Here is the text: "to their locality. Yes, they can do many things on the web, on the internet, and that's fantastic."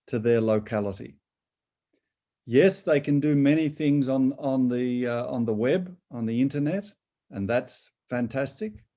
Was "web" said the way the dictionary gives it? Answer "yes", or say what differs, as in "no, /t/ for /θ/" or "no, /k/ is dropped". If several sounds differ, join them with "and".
yes